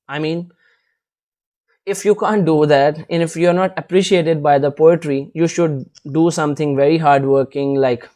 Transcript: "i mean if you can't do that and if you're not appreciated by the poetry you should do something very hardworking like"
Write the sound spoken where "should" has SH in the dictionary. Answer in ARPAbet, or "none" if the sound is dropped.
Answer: SH